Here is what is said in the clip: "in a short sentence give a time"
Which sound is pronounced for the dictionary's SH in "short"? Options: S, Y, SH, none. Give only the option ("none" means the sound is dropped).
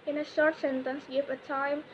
SH